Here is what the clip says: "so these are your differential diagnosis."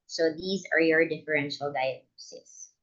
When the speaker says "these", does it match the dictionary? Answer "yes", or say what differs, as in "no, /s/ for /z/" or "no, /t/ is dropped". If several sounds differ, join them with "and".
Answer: yes